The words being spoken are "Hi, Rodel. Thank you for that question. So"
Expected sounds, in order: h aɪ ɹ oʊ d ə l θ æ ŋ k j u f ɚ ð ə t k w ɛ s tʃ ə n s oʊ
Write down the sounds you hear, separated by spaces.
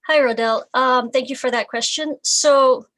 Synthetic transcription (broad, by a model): h aɪ ɹ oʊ d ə l θ æ ŋ k j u f ɚ ð ə t k w ɛ s tʃ ə n s oʊ